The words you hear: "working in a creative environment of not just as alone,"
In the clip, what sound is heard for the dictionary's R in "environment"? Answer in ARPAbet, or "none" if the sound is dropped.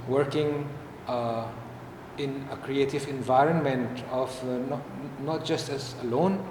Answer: R